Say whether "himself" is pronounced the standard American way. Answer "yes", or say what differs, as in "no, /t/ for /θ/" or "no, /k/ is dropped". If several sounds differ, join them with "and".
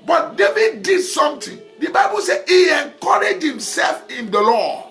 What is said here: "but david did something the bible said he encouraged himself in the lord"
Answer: yes